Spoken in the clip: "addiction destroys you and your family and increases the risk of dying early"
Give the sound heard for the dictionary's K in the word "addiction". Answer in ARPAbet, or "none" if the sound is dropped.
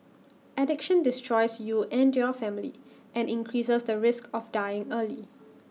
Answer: K